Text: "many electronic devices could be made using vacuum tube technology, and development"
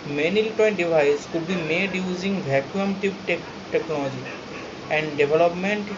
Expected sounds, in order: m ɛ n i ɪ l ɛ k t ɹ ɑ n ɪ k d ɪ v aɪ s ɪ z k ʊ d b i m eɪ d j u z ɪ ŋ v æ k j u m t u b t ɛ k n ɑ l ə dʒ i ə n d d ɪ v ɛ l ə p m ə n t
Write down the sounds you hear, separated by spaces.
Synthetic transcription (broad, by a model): m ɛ n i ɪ l t ɑ ɪ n d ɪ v aɪ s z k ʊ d b i m eɪ d j u z ɪ ŋ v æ k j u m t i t t ɛ k n ɑ l ə dʒ i ə n d d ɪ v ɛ l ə p m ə n t